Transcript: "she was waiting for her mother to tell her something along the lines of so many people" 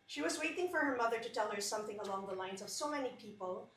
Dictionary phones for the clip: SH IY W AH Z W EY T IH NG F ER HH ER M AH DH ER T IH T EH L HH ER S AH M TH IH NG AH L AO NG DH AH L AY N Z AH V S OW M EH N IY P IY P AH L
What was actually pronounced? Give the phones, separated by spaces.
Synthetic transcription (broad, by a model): SH IY W AH Z W EY T IH NG F ER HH ER M AH DH ER T IH T EH L HH ER S AH M TH IH NG AH L AO NG DH AH L AY N Z AH V S OW M EH N IY P IY P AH L